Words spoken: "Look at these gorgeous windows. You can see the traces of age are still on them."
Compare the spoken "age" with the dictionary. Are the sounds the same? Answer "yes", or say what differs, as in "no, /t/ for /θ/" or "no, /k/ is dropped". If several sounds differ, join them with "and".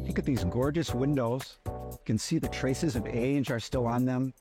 yes